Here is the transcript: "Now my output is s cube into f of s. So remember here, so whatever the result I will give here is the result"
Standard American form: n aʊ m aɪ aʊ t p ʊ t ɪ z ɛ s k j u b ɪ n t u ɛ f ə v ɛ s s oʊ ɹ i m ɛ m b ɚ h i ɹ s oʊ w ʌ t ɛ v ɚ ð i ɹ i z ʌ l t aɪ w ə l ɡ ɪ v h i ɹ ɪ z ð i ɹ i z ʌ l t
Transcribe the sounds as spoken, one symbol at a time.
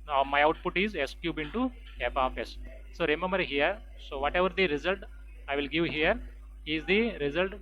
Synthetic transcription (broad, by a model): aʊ m aɪ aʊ t p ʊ t ɪ z ɛ s k j u b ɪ n t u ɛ p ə f ɛ s s oʊ ɹ i m ɛ m b ɚ h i ɹ s oʊ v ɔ t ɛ v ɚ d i ɹ i z ʌ l t aɪ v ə l ɡ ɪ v h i ɹ ɪ z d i ɹ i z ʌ l t